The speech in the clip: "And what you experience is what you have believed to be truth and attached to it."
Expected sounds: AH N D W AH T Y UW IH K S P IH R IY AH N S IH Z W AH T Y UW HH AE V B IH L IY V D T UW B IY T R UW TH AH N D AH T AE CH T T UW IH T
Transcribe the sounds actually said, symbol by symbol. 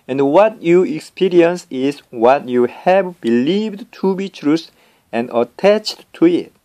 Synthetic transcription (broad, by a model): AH N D W AH T Y UW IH K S P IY R IY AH N S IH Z W AH T Y UW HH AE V B IH L IY V D T UW B IY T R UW S AH N D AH T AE CH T T UW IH T